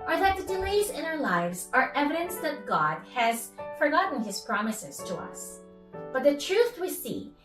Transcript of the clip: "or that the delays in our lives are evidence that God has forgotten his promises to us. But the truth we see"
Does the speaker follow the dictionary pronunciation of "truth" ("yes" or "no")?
yes